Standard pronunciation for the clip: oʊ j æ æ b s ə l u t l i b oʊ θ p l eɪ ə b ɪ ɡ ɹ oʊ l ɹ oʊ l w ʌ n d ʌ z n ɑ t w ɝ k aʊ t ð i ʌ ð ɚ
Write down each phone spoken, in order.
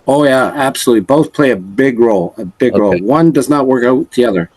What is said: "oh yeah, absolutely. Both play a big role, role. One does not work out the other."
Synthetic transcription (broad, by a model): oʊ j æ æ b s ə l u t l i b oʊ θ p l eɪ ə b ɪ ɡ ɹ oʊ l ɹ oʊ l w ʌ n d ʌ z n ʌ t w ɝ k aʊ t ð i ʌ ð ɚ